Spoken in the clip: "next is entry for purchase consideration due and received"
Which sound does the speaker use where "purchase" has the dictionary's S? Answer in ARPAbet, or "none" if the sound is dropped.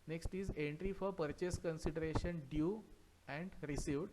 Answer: S